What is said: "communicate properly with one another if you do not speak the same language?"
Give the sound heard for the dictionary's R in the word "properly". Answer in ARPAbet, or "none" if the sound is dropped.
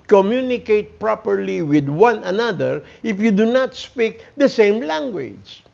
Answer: R